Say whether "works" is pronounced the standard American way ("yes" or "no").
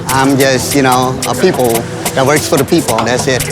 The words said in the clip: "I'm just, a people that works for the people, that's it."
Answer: yes